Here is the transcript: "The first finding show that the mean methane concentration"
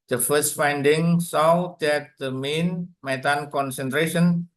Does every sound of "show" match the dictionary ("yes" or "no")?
no